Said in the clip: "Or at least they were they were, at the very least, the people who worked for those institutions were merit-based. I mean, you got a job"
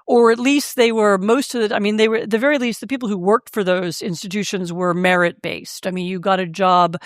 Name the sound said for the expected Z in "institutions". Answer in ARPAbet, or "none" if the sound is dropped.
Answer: Z